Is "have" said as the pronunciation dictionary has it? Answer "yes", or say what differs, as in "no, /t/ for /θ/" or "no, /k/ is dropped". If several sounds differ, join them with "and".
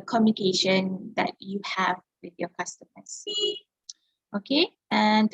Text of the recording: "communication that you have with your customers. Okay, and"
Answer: yes